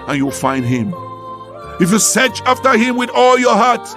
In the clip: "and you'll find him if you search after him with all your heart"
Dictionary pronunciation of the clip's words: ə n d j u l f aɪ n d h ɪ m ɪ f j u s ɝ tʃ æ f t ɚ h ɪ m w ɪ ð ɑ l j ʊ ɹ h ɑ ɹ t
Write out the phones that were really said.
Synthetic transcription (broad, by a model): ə n j u l f aɪ n d h ɪ m ɪ f j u s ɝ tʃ æ f t ɚ h ɪ m w ɪ ð ɑ l j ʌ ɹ h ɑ ɹ t